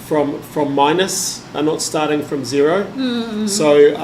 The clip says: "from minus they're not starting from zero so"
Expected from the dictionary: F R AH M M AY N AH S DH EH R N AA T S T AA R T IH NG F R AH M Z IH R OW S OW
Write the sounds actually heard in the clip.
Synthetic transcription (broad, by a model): F R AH M M AY N AH S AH N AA T S T AA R T IH NG F R AH M Z IH R OW S OW